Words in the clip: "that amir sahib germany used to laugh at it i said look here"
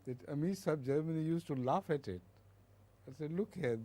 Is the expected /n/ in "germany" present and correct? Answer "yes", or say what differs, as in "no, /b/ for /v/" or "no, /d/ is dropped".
yes